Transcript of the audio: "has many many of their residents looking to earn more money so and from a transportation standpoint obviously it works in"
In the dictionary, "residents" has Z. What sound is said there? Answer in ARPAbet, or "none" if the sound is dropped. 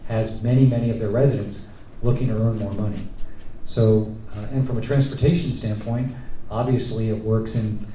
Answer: Z